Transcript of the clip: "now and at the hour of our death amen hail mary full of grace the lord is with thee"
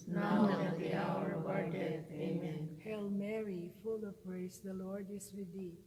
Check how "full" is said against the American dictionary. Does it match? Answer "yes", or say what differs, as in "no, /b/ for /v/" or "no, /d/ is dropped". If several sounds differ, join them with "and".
yes